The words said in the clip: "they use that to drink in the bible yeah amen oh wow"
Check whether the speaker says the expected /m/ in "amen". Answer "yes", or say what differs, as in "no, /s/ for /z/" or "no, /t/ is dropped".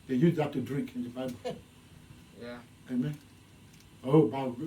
yes